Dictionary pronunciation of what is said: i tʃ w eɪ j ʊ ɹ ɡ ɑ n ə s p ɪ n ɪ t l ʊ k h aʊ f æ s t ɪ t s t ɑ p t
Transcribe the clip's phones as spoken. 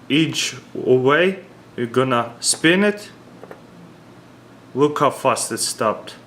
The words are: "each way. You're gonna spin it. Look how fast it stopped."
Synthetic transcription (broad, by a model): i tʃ w eɪ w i ɡ ɑ n ə s p ɪ n ɪ t l ʊ k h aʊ f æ s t ɪ t s t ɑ p t